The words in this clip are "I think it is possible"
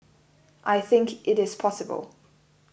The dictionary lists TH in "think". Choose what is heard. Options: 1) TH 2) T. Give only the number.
1